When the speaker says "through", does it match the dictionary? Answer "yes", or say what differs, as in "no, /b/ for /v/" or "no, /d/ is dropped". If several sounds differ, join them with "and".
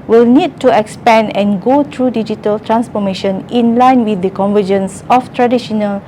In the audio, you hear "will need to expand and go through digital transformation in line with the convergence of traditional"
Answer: no, /t/ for /θ/